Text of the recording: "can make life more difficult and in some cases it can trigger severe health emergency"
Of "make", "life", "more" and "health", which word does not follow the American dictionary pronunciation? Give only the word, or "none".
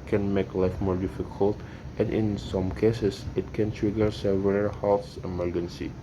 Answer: health